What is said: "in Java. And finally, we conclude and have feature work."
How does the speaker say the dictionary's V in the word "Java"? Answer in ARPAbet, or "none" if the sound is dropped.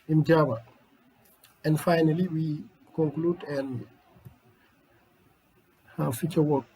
B